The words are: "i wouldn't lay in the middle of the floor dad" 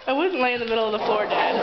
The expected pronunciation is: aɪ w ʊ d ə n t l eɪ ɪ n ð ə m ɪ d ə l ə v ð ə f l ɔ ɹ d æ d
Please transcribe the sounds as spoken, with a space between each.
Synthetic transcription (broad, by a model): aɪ w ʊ d n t l eɪ ɪ n ð ə m ɪ d l ə v ð ə f ɔ ɹ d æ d